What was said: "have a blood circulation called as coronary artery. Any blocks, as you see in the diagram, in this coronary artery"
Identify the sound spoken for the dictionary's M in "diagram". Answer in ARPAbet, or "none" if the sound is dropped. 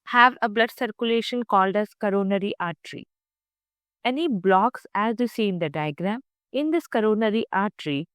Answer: M